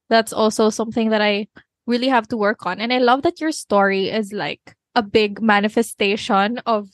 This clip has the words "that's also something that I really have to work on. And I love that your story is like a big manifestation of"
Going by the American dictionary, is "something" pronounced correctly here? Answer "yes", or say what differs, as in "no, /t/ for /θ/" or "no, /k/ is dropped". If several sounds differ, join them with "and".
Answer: yes